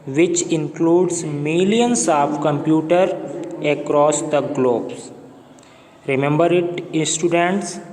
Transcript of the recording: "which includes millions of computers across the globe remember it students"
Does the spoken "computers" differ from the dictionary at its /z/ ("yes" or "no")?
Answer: yes